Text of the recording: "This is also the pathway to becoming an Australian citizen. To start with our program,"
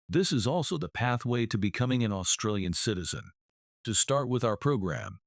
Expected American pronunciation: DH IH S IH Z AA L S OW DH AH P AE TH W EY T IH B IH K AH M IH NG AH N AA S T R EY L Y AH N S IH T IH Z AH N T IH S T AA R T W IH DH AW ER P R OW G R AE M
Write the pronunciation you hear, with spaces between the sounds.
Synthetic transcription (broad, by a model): DH IH S IH Z AA L S OW DH AH P AE TH W EY T IH B IH K AH M IH NG AH N AA S T R EY L Y AH N S IH T IH Z AH N T IH S T AA R T W IH DH AW ER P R OW G R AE M